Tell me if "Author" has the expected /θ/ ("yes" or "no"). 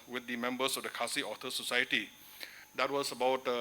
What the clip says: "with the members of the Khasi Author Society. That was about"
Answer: no